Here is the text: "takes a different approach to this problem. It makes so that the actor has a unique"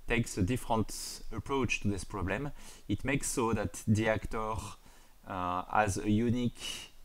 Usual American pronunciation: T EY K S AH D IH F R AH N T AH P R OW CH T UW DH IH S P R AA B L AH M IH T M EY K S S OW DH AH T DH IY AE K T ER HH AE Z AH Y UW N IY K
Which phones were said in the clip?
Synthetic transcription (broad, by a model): T EY K S AH D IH F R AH N T AH P R OW CH T UW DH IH S P R AA B L AH M IH T M EY K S S OW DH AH T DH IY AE K T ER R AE Z AH Y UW N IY K